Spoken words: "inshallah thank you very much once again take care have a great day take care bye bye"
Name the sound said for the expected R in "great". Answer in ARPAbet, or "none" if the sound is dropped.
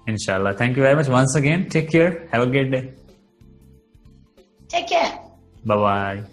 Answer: none